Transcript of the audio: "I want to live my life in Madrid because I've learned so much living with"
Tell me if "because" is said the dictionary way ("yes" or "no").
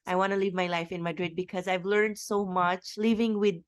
yes